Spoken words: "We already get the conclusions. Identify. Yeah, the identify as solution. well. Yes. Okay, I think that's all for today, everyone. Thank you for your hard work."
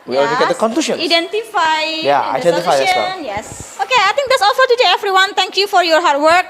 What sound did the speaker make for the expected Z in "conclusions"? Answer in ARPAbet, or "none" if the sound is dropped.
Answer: none